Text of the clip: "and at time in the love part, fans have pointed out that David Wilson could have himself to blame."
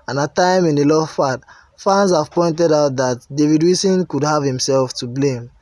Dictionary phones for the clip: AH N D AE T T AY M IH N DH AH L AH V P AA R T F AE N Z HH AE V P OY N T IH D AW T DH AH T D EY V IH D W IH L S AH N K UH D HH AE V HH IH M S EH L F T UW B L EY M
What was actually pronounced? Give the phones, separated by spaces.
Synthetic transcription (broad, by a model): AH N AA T T AY M IH N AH L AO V F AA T F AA N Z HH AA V P OY N T IH D AW T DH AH T D EY V IH D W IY S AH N K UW D HH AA V HH IH M S EH L F T UW B L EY M